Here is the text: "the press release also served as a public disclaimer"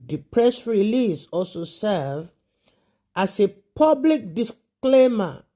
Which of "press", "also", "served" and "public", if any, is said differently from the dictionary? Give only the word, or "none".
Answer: served